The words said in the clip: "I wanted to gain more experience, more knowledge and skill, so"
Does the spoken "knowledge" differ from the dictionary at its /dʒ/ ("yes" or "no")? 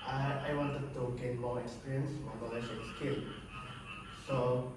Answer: yes